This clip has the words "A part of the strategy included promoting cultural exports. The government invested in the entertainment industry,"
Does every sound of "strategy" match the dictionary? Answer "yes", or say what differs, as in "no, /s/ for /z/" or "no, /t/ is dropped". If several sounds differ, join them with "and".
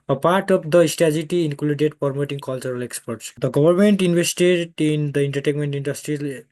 no, /ɹ/ is dropped